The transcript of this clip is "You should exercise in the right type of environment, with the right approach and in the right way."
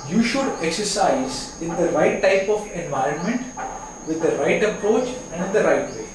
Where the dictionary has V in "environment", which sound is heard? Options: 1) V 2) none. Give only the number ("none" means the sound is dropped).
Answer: 1